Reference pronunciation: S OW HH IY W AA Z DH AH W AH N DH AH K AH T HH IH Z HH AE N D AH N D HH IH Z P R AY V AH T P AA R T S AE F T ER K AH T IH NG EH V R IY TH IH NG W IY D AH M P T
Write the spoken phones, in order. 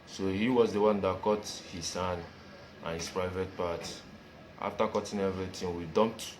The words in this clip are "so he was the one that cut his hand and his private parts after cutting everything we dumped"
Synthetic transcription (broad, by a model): S OW HH IY W AA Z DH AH W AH N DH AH K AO T HH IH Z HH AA N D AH N HH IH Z P R AY V AH T P AA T T AA F T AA K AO T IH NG EH V R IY T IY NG W IY D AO M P T